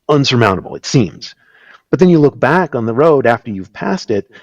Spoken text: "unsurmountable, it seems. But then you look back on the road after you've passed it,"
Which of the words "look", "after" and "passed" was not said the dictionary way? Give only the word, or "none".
none